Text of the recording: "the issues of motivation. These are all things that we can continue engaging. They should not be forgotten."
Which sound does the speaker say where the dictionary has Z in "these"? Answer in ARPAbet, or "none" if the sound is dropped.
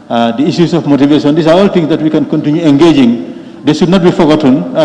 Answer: S